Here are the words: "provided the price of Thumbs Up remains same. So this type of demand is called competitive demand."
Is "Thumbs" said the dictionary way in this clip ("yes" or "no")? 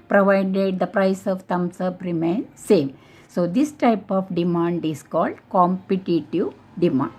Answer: no